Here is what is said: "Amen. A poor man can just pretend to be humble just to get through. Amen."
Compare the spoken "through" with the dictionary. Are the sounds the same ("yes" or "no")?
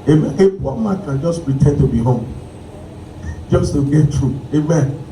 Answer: no